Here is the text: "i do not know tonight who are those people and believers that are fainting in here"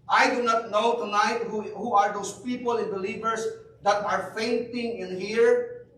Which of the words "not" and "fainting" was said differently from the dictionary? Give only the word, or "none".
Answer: none